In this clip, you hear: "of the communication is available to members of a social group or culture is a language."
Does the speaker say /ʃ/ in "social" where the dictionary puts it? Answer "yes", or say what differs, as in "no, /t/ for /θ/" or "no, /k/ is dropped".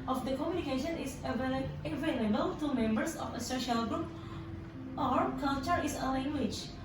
yes